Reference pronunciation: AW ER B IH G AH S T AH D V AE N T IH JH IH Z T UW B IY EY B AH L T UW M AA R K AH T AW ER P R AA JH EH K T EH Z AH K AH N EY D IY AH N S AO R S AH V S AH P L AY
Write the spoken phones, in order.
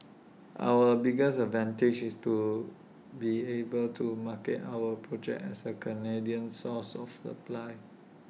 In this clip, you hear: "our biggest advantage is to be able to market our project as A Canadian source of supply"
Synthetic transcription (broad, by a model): AW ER B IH G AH S AH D V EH N T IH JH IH S T UW B IY EY B AH L T UW M AA K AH T AW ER P R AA JH EH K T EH S AH K AH N EY D IY AH N S AO S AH F S AH P L AY